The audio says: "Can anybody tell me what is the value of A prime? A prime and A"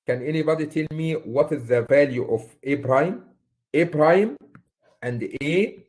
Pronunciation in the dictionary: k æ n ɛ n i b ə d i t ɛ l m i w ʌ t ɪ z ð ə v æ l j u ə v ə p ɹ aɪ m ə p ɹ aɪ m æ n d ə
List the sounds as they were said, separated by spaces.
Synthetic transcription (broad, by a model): k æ n ɛ n i b ə d i t ɛ l m i w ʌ t ɪ z ð ə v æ l j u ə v ə b ɹ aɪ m ə b ɹ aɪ m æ n d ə